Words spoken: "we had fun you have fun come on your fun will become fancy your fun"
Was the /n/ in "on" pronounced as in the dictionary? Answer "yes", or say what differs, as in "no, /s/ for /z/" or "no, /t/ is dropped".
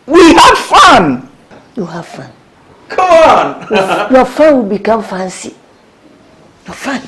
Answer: yes